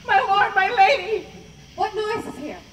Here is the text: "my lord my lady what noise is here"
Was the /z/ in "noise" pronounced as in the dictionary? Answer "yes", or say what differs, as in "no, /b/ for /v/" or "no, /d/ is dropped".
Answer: no, /z/ is dropped